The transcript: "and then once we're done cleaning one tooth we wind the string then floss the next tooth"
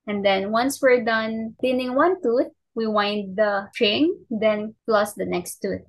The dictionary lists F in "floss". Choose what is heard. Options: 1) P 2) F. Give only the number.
1